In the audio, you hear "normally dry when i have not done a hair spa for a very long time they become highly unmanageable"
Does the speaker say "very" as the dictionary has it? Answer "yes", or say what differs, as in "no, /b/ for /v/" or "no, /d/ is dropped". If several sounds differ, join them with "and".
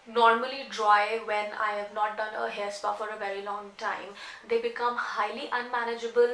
yes